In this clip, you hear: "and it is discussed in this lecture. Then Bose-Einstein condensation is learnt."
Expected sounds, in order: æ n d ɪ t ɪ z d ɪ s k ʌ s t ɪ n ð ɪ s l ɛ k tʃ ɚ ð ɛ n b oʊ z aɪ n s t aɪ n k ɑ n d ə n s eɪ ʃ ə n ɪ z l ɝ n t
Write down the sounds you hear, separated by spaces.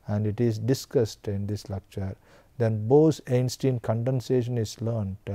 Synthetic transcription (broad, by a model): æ n d ɪ t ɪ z d ɪ s k ʌ s t ɪ n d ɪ s l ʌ k tʃ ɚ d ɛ n b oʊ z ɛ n s t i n k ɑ n d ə n s eɪ ʃ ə n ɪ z l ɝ n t